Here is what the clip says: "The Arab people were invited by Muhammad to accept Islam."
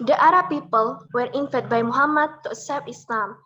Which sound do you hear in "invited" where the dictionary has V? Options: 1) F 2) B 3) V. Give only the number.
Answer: 1